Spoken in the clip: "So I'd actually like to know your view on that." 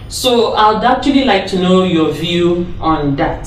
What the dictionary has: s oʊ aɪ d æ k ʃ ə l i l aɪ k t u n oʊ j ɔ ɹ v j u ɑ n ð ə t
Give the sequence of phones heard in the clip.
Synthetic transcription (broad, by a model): s oʊ aɪ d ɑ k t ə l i l aɪ k t u n oʊ j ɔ v j u ɑ n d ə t